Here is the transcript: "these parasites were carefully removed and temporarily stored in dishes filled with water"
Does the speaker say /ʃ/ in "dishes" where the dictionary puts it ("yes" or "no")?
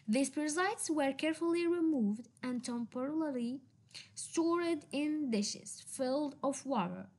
yes